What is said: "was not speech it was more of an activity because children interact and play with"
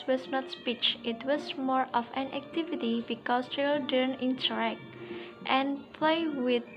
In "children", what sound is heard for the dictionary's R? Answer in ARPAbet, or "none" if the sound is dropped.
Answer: none